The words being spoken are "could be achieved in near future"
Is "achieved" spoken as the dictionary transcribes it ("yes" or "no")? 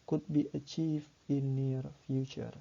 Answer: no